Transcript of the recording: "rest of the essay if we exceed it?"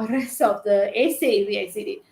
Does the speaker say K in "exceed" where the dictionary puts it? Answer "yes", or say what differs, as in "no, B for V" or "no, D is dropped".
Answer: no, K is dropped